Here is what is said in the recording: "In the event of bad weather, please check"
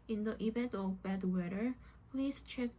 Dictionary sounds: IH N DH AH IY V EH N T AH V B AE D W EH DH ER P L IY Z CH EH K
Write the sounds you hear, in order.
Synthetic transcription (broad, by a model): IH N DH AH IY B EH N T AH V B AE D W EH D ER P L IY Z CH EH K